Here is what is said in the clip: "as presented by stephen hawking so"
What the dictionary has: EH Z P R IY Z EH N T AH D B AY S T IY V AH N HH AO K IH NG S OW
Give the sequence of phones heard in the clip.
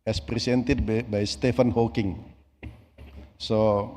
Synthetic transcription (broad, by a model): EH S P R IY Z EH N T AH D B AY S T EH F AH N HH AO K IH NG S OW